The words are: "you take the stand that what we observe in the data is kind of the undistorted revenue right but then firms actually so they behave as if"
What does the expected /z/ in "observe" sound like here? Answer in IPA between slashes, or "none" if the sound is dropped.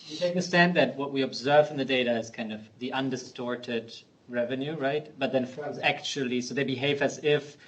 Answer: /z/